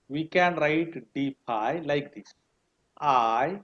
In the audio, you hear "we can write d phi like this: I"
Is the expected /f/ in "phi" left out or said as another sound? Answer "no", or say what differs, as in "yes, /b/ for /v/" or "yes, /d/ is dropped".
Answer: yes, /p/ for /f/